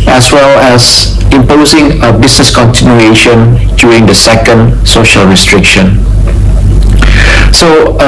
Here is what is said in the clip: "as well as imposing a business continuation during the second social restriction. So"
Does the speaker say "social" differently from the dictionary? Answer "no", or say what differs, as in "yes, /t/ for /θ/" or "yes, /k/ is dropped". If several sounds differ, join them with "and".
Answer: no